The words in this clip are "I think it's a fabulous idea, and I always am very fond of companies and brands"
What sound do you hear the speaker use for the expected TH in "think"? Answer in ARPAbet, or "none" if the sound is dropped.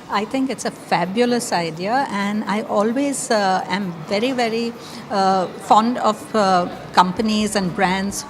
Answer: T